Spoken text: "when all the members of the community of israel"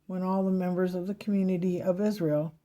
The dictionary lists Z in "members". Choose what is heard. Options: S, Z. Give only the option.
Z